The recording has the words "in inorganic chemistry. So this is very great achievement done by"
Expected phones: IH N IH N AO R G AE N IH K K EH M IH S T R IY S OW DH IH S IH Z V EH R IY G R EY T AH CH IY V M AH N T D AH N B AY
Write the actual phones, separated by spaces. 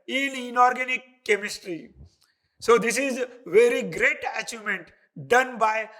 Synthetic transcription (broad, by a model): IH N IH N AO R G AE N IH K K EH M IH S T R IY S OW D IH S IH Z V EH R IY G R EY T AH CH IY M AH N T D AH N B AY